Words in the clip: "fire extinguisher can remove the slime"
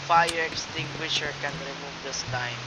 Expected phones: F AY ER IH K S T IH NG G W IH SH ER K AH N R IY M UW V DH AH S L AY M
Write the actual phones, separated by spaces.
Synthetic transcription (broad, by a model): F AY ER IH K S T IH NG G W IH SH ER K AH N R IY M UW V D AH S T AY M